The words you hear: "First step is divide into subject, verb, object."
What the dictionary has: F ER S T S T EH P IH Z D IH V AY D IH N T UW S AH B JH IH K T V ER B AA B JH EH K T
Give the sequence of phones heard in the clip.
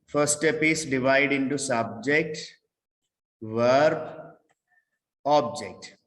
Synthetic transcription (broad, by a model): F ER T S T EH P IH S D IH V AY D IH N T UW S AH B JH IH K T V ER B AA B JH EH K T